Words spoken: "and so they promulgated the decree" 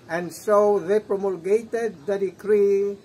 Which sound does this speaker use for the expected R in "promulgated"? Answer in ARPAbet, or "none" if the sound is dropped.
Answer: R